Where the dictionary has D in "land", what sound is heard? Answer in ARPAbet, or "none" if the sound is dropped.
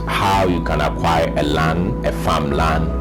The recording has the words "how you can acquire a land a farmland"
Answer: none